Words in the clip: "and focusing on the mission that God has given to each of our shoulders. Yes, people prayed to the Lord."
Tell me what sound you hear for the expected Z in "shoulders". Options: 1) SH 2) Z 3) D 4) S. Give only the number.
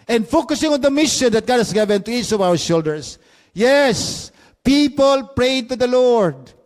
4